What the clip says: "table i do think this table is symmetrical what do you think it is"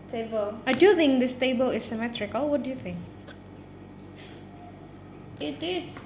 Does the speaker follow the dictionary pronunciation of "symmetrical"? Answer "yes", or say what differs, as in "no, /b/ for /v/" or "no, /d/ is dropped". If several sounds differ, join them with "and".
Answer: yes